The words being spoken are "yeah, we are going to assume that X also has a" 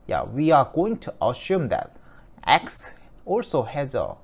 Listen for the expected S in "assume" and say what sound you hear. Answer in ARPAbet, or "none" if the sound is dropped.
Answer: SH